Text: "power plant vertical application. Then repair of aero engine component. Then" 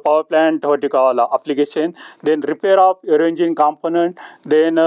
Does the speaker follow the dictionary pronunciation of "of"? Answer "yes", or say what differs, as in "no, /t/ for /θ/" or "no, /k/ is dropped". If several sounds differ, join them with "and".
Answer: no, /p/ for /v/